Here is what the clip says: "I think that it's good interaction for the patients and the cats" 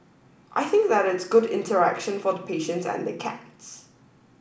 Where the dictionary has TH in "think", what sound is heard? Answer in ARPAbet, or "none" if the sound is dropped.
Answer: TH